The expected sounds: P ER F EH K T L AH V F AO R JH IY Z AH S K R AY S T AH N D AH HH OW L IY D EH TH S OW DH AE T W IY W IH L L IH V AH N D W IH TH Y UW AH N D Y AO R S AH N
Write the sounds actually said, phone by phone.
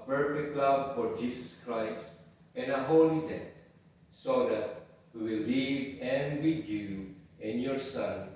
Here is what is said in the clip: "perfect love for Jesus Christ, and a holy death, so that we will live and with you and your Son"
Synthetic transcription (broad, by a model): P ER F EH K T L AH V F AO R JH IY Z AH S K R AY S T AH N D AH HH OW L IY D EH T S OW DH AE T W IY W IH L L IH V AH N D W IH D Y UW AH N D Y AO R S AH N